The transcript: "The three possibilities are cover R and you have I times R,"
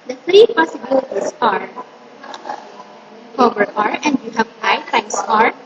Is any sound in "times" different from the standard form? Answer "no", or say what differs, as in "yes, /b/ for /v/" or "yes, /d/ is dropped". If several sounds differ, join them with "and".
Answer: yes, /s/ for /z/